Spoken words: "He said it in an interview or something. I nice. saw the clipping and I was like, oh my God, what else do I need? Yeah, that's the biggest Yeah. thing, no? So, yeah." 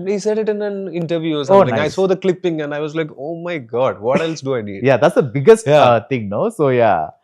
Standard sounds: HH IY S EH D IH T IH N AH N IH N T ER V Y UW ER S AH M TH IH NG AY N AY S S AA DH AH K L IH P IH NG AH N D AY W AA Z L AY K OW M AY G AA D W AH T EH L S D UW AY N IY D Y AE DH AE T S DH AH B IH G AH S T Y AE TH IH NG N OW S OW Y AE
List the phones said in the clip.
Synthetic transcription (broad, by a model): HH IY S EH D IH T IH N AH N IH N T ER V Y UW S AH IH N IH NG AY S S AA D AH K L IH P IH NG AH N D AY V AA Z L AY K OW M AY G AA D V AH T EH L S D UW AY N IY D Y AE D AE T S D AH B IH G AH S T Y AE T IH NG N OW S OW Y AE